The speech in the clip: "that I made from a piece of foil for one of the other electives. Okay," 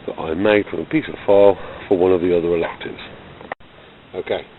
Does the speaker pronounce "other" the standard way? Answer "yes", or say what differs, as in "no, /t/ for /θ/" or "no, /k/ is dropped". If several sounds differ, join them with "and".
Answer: yes